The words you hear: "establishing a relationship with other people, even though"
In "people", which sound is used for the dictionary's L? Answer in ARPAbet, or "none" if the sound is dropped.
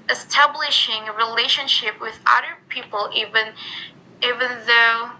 N